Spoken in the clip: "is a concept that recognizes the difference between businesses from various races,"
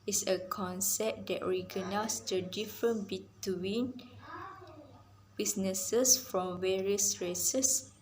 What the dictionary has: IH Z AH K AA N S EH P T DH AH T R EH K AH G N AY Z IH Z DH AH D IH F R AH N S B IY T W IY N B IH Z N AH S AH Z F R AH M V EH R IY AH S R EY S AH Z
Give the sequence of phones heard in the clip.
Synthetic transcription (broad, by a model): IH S AH K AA N S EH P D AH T R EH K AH N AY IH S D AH D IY F R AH N B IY T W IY N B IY S N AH S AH S F R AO M V EH R IY AH S R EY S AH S